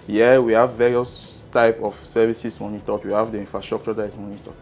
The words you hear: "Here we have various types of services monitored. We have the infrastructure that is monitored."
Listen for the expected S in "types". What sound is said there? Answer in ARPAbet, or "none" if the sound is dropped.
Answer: none